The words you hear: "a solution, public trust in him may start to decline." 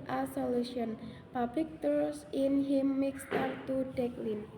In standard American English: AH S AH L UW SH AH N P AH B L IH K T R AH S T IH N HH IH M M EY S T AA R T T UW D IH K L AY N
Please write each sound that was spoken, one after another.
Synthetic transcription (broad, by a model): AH S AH L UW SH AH N P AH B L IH K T AH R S IH N HH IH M M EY S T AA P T T UW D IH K L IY N